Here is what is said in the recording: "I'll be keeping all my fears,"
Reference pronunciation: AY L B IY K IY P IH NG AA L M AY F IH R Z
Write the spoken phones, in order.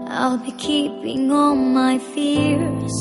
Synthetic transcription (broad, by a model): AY L B IY K IY P IH NG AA N M AY F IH R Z